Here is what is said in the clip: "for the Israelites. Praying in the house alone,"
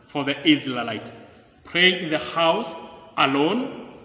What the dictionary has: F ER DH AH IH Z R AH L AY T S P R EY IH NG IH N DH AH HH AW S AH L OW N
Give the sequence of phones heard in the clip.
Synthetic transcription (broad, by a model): F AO DH AH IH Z L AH L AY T P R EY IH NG IH N DH AH HH AW S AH L OW N